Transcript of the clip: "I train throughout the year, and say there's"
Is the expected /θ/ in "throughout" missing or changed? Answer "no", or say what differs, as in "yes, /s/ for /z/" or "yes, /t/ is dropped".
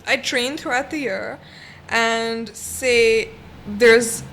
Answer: no